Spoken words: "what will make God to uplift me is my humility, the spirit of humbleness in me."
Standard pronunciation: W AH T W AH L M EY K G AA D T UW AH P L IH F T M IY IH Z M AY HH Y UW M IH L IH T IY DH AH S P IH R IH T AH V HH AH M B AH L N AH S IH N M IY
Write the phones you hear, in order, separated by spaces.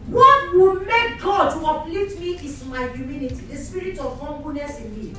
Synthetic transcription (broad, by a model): W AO T W AH L M EY K G AA D T UW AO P L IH T M IY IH S M AY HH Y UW M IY N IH T IY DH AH S P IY R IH T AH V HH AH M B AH N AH S IH N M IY